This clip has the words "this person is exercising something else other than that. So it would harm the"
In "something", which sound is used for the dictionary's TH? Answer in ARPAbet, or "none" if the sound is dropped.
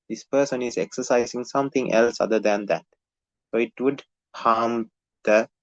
T